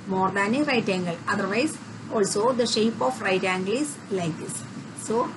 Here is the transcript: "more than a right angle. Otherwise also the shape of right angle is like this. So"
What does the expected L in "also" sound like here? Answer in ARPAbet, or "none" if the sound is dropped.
L